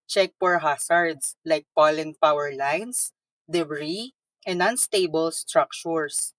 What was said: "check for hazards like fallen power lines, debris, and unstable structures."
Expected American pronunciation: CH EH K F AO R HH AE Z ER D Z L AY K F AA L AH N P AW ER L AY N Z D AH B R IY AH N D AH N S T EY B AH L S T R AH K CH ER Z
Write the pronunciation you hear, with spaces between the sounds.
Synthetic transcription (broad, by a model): CH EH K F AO R HH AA S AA D S L AY K P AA L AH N P AW ER L AY N S D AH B R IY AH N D AH N S T EY B AH L S T R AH K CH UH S